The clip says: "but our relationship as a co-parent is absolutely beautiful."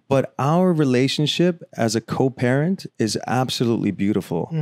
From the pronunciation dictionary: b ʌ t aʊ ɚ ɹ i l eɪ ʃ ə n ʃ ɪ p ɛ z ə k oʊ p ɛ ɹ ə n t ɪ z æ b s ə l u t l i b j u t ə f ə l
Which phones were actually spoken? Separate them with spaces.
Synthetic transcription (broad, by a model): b ʌ t aʊ ɚ ɹ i l eɪ ʃ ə n ʃ ɪ p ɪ z ə k oʊ p ɛ ɹ ə n t ɪ z æ b s ə l u t l i b j u t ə f l